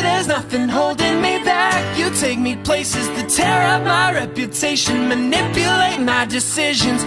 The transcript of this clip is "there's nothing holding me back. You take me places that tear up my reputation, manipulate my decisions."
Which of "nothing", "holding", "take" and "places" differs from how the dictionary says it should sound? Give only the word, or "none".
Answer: none